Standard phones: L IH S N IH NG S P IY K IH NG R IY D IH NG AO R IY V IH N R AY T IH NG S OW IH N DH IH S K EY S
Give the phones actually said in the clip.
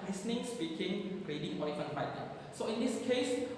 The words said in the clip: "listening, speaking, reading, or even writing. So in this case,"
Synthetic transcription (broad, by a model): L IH S N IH NG S B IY K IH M R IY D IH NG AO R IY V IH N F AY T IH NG S OW IH N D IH S K EY S